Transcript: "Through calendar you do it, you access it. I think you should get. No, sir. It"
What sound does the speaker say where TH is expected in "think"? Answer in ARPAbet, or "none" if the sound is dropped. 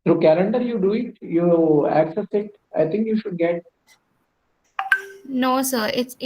T